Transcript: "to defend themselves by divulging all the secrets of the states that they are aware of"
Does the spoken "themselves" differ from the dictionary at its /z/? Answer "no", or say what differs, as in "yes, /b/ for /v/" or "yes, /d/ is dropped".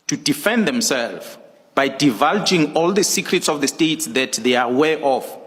yes, /z/ is dropped